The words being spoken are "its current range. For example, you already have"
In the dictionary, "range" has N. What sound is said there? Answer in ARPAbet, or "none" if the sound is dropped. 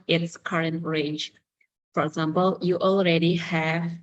none